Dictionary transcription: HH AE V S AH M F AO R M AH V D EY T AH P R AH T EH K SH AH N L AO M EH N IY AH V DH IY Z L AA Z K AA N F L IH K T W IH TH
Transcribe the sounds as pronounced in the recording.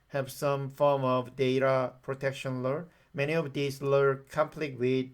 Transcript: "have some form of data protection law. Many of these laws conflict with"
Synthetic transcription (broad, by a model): HH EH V S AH M F AO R M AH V D EY T AH P R AH T EH K SH AH N L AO M EH N IY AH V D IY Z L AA K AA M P L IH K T W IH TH